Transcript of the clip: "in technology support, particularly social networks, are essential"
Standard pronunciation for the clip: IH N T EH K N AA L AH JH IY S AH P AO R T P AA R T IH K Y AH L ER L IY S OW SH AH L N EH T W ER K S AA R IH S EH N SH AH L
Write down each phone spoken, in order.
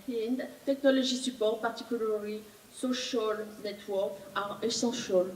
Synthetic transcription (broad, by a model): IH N T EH K N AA L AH ZH IY S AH P AO R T P AA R T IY K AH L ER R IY S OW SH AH L N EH T W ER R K AA R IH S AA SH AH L